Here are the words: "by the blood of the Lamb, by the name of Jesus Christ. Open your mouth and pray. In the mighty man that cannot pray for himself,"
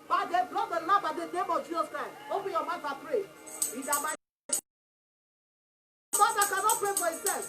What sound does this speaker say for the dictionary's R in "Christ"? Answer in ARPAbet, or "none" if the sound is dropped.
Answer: none